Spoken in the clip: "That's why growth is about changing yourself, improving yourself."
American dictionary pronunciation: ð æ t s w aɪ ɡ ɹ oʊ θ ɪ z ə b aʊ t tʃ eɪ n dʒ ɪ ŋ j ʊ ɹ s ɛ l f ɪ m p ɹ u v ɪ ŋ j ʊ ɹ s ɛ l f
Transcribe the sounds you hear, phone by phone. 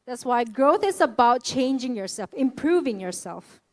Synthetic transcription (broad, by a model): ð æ t s w aɪ ɡ ɹ oʊ θ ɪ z ə b aʊ t tʃ eɪ n dʒ ɪ ŋ j ʊ ɹ s ɛ l f ɪ m p ɹ u v ɪ ŋ j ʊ ɹ s ɛ l f